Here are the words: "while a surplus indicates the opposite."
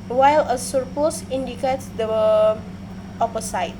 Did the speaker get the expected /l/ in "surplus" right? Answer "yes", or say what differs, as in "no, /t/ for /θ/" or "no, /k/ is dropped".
no, /l/ is dropped